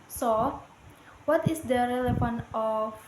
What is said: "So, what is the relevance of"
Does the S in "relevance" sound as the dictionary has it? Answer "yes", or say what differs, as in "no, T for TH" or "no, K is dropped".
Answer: no, S is dropped